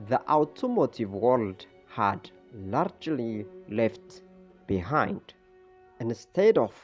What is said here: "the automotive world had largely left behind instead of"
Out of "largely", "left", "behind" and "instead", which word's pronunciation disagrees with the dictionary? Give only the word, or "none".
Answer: none